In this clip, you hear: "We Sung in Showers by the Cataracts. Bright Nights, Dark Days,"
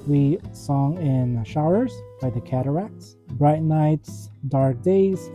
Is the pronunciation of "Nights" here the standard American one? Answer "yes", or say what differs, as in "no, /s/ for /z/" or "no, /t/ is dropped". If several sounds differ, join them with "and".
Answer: yes